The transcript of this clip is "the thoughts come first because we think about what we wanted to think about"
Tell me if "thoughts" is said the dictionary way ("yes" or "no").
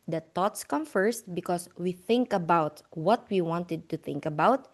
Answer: no